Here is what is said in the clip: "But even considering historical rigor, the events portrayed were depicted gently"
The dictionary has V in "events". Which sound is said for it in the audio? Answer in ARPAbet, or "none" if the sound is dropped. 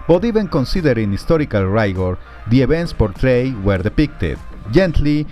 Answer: B